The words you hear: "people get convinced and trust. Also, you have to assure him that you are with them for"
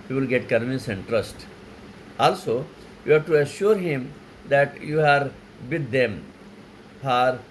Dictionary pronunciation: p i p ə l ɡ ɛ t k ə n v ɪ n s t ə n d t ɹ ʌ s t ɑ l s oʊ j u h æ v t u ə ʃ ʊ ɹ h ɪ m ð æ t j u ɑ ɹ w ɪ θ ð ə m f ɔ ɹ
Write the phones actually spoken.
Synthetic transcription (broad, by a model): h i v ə l ɡ ɛ t k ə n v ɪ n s ə n d t ɹ ʌ s t ɑ l s oʊ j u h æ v t u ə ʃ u ɹ h ɪ m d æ t j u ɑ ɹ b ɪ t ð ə m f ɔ ɹ